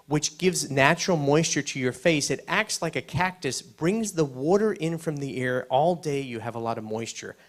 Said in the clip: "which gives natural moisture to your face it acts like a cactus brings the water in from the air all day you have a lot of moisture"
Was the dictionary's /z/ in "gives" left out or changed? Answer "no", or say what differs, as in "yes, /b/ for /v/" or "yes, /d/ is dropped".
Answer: no